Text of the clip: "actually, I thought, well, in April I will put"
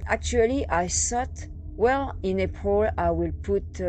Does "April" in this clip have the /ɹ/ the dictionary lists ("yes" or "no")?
no